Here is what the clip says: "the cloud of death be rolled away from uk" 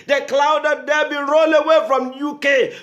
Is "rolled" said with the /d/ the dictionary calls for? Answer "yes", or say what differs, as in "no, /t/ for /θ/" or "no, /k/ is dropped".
no, /d/ is dropped